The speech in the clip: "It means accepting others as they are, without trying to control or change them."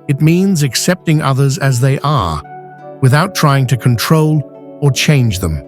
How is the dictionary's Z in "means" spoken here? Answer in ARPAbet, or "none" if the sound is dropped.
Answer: Z